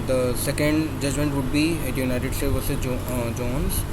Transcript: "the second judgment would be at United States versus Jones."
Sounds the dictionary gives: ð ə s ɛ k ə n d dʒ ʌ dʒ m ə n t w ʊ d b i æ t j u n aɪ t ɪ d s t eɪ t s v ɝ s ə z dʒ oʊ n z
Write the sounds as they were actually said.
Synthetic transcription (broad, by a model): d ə s ɛ k ə n d dʒ ʌ dʒ m ə n t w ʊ d b i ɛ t j u n aɪ t ɪ d s t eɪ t v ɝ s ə dʒ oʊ n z